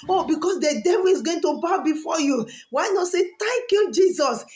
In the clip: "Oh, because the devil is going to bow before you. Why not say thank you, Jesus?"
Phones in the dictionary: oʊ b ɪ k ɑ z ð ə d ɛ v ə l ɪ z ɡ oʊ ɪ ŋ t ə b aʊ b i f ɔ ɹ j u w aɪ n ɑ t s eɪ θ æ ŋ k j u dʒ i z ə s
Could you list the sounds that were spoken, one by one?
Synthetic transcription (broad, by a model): oʊ b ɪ k ɑ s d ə d ɛ v ə l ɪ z ɡ oʊ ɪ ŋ t ə b aʊ b i f ɔ j u w aɪ n ɑ t s eɪ t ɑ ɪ k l dʒ i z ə s